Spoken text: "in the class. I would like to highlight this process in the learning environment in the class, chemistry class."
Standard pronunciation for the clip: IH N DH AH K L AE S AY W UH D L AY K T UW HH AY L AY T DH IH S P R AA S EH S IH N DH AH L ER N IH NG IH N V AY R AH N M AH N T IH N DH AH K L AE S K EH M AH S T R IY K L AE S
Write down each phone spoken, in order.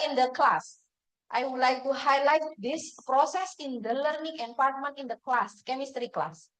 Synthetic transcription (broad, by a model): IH N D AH K L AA S AY W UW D L AY K T UW HH AY L AY T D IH S P R AA S EH S IH N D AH L ER N IH NG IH N P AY R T M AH N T IH N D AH K L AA S K EH M AH S T R IY K L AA S